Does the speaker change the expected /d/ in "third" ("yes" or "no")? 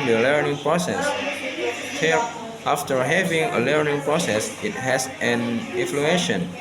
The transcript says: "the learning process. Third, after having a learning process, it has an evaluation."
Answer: yes